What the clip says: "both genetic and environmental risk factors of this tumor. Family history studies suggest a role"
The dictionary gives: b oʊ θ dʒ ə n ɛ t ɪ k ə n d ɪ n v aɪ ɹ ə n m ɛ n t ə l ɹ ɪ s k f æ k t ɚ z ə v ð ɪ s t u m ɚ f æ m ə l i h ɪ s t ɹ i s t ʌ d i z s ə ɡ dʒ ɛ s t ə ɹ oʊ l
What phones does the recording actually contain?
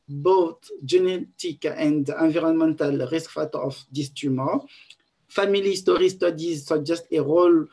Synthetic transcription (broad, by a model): b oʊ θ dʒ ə n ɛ t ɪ k ə n d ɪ v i ɹ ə n m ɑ n t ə l ɹ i s k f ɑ t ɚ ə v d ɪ s t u m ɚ f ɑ m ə l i s t ɹ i s t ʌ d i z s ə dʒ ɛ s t ə ɹ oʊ l